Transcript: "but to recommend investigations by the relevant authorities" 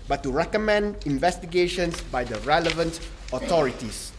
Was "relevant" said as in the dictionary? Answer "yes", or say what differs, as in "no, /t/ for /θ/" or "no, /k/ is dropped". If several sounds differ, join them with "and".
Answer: yes